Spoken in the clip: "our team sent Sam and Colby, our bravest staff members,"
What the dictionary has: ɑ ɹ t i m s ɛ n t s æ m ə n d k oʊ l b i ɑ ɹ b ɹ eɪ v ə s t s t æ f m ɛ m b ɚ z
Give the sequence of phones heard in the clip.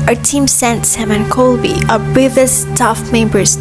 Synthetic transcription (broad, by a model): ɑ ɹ t i m s ɛ n t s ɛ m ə n k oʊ l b i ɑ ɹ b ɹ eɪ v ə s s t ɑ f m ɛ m b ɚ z